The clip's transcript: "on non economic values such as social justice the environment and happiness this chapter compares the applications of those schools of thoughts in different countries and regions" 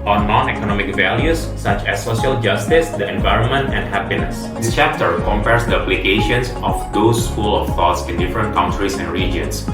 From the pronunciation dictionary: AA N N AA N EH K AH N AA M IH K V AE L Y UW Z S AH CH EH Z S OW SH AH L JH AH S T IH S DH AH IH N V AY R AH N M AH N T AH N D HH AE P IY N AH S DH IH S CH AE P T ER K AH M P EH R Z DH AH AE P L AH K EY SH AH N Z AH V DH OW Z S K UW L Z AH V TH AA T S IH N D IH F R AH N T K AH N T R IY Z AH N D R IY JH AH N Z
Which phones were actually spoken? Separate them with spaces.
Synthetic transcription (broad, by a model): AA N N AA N EH K AH N AA M IH K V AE L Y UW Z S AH CH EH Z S OW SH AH L JH AH S T IH S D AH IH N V AY R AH N M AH N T AH N D HH AE P IY N AH S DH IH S CH AE P T ER K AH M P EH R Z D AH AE P L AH K EY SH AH N S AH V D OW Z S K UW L AH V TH AA T S IH N D IH F R AH N T K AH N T R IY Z AH N D R IY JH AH N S